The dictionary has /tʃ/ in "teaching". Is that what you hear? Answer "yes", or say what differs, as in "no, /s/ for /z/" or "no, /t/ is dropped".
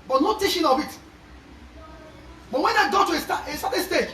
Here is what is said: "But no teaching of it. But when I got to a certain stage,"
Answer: no, /ʃ/ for /tʃ/